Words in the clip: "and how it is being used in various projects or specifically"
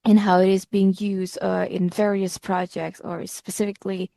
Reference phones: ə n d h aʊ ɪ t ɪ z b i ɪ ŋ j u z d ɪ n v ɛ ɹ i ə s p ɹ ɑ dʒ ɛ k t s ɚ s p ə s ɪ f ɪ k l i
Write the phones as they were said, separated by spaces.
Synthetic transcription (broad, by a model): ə n h aʊ ɪ t ɪ z b i ɪ ŋ j u z d ɪ n v ɛ ɹ i ə s p ɹ ɑ dʒ ɛ k t s ɚ s p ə s ɪ f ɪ k l i